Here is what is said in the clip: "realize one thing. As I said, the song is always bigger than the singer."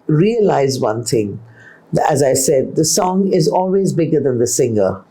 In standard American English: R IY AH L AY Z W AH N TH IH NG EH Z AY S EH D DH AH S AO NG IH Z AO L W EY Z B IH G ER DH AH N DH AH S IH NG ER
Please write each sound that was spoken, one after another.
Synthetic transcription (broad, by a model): R IY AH L AY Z W AH N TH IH NG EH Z AY S EH D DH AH S AO NG IH Z AO L W EY Z B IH G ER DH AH N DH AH S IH NG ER